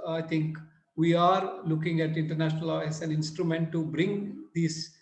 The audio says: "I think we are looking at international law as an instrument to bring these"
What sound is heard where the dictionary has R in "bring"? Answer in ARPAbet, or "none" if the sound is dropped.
R